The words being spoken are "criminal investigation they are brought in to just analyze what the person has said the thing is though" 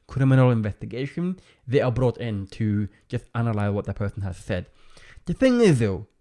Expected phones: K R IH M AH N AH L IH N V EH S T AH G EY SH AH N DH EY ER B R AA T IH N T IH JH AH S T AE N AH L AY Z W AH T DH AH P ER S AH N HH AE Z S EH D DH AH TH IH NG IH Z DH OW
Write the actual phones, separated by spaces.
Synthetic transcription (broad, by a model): K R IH M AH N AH L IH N V EH S T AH G EY SH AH N DH EY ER B R AA T IH N T IH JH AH S T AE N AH L AY Z W AH T DH AH P ER S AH N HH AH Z S EH D DH AH TH IH NG IH Z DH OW